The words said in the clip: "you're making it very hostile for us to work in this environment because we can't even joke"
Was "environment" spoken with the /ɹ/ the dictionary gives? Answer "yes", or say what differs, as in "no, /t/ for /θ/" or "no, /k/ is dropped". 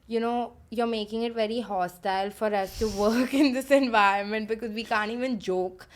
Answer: yes